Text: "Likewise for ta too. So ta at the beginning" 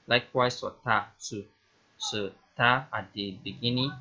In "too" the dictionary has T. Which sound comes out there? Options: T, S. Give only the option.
S